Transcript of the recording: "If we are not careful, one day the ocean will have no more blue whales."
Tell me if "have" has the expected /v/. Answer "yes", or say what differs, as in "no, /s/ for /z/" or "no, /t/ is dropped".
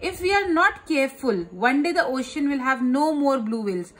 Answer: yes